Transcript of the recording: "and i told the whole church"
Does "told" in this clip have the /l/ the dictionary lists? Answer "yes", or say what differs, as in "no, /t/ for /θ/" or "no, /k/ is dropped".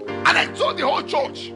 no, /l/ is dropped